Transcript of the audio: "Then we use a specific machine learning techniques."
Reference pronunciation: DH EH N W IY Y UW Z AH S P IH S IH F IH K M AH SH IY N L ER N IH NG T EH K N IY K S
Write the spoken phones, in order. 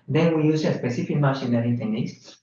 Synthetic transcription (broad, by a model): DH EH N W IY Y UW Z AH S P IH S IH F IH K M AH SH IY N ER IH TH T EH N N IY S